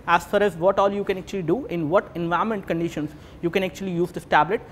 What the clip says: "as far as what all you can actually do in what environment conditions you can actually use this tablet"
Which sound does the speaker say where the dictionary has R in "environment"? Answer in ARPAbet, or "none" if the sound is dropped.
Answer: none